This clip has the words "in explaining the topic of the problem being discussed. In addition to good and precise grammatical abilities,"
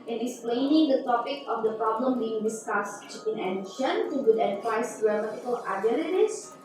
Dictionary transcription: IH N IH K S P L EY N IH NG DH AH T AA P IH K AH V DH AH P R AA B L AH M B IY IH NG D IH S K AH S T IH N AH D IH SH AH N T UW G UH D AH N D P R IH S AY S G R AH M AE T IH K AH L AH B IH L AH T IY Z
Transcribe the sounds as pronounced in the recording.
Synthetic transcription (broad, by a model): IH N IH K S P L EY N IH NG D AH T AA P IH K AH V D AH P R AA B L AH M B IY IH NG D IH S K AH S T IH N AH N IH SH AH N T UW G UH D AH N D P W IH IH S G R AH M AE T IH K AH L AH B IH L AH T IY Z